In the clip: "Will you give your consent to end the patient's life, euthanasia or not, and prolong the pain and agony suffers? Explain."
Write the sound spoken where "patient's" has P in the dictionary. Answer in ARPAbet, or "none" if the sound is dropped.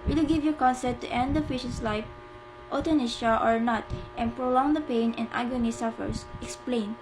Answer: F